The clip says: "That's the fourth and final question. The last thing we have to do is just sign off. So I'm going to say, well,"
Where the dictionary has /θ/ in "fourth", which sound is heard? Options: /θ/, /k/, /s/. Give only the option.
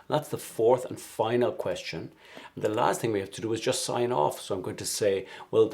/θ/